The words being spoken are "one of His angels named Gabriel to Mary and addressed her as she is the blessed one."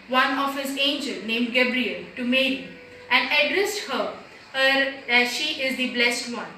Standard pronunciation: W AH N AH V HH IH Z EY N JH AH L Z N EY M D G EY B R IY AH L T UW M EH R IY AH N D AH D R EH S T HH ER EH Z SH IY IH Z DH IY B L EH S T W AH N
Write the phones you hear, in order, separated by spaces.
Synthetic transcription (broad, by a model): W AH N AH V HH IH Z EY N JH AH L N EY M D G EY B R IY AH L T UW M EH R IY AH N D AH D R EH S T HH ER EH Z SH IY IH Z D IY B L EH S T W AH N